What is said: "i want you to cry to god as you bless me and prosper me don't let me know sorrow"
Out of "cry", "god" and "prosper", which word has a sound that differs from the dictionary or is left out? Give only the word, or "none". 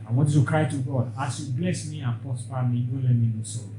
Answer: prosper